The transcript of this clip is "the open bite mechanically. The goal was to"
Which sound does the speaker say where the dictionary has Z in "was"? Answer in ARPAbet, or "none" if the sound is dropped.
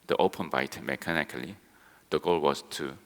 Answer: S